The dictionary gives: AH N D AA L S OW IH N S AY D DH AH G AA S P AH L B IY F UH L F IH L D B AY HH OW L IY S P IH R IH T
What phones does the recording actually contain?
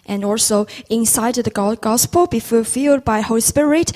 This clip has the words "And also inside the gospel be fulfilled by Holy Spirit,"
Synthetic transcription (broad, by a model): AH N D AA L S OW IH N S AY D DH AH G AA S P AH L B IY F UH F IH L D B AY HH OW L IY S P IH R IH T